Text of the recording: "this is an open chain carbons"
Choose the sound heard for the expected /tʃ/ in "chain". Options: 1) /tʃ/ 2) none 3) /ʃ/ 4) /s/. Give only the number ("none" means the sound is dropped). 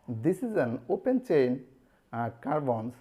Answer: 1